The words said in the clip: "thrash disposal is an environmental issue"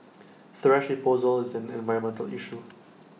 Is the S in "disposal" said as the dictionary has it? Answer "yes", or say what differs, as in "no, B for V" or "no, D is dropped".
no, S is dropped